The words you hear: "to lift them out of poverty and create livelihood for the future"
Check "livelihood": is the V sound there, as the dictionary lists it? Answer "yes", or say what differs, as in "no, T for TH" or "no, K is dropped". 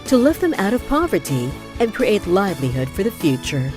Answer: yes